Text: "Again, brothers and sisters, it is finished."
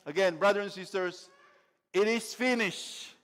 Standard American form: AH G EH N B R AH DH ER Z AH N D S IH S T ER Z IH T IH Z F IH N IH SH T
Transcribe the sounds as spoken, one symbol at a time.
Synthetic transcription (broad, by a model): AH G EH N B R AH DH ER AH N S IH S T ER S IH T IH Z F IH N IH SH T